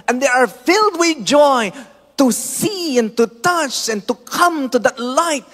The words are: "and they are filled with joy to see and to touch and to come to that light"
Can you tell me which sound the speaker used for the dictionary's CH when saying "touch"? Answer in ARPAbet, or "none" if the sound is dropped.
CH